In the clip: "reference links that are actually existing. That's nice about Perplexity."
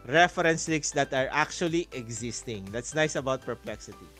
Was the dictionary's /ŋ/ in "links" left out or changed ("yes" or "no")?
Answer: yes